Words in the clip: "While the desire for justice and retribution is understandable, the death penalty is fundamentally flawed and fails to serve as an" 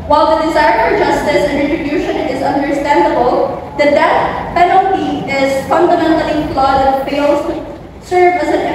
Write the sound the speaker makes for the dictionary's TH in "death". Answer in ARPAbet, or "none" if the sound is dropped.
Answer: T